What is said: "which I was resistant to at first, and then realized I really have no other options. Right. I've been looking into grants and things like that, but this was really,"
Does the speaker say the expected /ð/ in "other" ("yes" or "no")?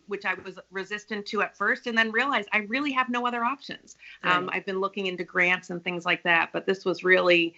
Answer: yes